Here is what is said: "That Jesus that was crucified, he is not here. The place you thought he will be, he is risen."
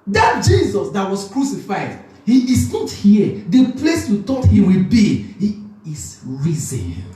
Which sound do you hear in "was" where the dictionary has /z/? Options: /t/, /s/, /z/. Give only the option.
/s/